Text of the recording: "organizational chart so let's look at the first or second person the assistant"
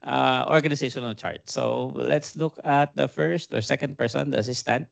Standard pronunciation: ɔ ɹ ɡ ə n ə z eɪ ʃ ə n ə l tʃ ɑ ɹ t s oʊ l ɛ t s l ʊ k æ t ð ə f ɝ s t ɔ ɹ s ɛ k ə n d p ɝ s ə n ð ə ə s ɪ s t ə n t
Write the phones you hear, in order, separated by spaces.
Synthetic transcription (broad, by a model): ɔ ɹ ɡ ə n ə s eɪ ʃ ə n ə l tʃ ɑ ɹ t s oʊ l ɛ t s l ʊ k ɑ t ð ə f ɝ s t ɔ ɹ s ɛ k ə n d p ɝ s ə n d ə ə s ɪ s t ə n t